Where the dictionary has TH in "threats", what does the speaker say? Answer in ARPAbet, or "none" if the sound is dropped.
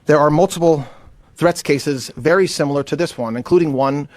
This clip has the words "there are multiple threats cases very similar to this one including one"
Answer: TH